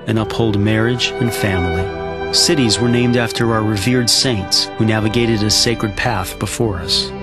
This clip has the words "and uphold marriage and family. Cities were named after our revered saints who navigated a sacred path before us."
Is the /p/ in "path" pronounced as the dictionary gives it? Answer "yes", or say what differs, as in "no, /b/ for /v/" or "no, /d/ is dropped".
yes